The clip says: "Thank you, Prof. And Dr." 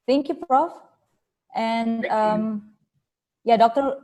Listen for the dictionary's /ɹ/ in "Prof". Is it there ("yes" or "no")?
yes